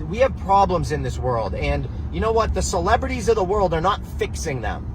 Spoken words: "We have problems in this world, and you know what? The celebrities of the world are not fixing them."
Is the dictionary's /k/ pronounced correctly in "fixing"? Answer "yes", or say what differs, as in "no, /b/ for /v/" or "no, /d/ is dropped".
yes